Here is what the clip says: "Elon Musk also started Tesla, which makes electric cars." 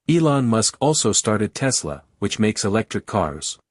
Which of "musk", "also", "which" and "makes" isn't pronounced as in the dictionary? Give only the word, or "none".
none